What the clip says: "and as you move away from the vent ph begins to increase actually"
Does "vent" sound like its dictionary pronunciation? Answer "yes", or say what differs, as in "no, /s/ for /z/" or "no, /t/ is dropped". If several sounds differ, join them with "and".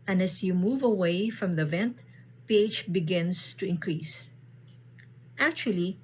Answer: yes